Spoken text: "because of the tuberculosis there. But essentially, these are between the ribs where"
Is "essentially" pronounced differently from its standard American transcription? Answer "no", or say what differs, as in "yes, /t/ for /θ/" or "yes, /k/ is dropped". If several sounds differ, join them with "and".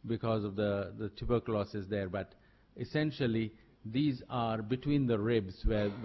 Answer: no